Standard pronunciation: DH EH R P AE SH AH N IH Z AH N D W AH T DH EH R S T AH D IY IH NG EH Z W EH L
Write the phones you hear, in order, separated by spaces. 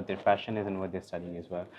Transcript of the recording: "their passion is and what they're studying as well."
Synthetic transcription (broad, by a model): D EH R F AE SH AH N IH Z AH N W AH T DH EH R S T AH D IY IH NG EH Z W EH L